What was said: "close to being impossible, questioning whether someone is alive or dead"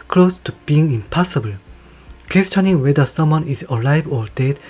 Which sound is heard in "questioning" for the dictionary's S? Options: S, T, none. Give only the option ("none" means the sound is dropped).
S